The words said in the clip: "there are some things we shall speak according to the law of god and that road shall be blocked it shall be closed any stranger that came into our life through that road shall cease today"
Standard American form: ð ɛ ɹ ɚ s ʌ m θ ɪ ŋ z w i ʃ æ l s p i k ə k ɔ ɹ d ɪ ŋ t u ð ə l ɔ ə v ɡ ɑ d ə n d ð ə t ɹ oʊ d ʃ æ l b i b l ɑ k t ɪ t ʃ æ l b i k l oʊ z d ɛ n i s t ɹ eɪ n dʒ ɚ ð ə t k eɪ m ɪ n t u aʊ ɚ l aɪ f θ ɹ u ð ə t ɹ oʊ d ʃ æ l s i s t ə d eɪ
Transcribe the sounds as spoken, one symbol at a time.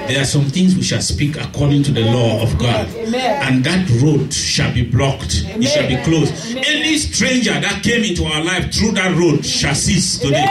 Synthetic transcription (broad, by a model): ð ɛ ɹ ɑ s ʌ m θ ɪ ŋ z w i ʃ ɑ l s p i k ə k ɔ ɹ d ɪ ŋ t u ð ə l ɔ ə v ɡ ɑ d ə n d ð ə t ɹ oʊ d ʃ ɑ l b i b l ɑ k t ɪ t ʃ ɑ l b i k l oʊ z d ɛ n i s t ɹ eɪ n dʒ ɚ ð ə t k eɪ m ɪ n t u aʊ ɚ l aɪ f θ ɹ u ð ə t ɹ oʊ d ʃ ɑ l s i s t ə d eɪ